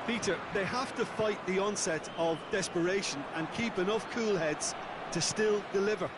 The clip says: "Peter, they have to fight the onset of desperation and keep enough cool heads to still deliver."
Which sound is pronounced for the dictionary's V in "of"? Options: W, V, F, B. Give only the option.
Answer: V